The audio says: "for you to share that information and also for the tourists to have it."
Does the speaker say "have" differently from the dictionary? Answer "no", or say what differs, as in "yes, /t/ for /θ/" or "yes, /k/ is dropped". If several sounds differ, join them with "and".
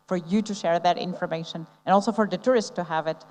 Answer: no